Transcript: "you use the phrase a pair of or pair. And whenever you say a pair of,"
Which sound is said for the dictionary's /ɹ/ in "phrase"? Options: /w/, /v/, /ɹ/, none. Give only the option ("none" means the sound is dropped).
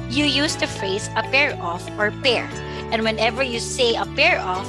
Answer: none